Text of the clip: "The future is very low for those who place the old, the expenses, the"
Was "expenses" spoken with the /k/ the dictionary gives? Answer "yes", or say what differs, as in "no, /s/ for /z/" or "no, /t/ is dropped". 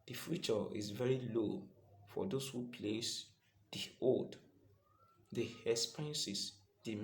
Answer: no, /k/ is dropped